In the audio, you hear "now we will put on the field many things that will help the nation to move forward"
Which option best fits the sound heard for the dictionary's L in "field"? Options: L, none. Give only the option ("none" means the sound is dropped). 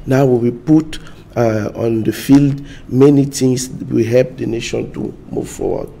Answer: L